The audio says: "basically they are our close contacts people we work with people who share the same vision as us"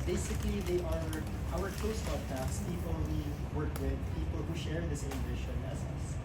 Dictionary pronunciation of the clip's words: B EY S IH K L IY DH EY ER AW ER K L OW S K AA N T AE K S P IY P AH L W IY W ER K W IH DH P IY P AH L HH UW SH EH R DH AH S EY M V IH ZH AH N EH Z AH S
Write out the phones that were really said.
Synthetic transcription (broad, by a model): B EY S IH K L IY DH EY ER AW ER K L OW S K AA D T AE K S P IY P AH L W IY W ER K W IH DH P IY P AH L HH UW SH EH R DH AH S EY M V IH SH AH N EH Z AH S